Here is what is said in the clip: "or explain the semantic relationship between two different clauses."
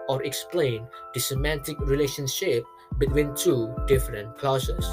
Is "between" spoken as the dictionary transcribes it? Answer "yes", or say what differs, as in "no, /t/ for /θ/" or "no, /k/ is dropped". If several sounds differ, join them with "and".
yes